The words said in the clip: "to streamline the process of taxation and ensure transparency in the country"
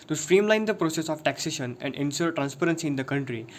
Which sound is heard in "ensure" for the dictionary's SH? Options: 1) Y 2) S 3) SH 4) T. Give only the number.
2